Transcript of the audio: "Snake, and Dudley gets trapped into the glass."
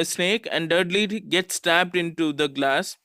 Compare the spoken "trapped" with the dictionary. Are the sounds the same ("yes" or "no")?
no